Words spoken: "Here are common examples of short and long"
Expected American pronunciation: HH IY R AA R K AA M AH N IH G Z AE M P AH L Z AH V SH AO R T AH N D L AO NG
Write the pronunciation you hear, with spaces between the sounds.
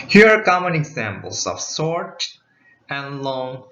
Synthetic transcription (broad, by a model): HH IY R AA R K AA M AH N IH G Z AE M P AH L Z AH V S AO R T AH N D L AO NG